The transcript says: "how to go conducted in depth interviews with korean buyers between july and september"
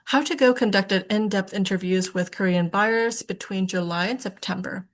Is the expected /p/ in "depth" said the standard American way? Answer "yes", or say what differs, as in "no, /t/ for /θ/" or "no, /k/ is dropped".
yes